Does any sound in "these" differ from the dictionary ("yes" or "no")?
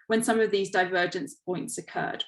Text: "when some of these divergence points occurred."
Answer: no